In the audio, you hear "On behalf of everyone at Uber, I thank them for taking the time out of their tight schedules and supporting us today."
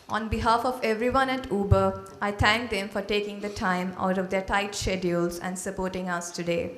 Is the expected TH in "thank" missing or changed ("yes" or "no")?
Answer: yes